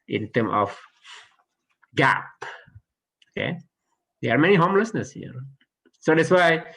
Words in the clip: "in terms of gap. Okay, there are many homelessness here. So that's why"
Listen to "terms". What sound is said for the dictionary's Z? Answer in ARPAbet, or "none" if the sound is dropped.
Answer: none